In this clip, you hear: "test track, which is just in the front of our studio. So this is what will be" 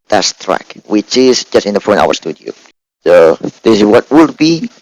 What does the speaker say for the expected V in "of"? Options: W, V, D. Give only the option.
W